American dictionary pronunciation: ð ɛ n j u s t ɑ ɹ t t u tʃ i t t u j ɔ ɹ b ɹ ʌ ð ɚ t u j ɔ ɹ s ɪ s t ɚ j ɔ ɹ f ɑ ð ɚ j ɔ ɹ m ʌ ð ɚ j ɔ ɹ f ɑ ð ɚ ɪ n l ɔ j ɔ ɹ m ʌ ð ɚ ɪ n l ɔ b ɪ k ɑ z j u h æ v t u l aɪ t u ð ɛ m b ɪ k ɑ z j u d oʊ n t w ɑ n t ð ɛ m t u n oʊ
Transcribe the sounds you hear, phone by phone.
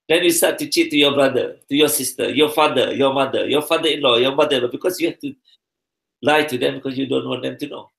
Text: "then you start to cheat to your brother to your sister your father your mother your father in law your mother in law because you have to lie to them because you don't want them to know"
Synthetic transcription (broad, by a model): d ɛ n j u s t ɑ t t u tʃ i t t u j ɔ b ɹ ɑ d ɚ t u j ɔ s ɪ s t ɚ j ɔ f ɑ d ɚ j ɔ m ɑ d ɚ j ɔ f ɑ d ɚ ɪ n l ɔ j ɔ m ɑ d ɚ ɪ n l ɔ b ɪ k ɑ s j u h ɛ f t u l aɪ t u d ɛ m b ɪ k ɑ s j u d oʊ n t w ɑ n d ɛ m t u n oʊ